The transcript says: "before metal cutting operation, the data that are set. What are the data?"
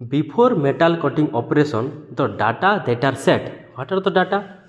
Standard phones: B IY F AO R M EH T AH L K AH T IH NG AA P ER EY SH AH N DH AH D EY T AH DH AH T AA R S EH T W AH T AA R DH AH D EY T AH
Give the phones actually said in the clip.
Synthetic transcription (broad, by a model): B IY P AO R M EH T AH L K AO T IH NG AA P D EY S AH N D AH D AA T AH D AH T AA R S EH T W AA T AA R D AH D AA T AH